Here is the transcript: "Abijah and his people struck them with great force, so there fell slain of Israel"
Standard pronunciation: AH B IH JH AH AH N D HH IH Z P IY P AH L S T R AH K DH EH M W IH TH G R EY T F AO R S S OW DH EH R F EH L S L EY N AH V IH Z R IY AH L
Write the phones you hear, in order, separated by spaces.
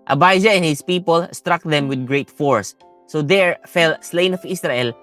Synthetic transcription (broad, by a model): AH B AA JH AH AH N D HH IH S P IY P AH L S T R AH K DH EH M W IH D G R EY T F AO R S S OW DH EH R F EH L S L EY N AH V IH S R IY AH L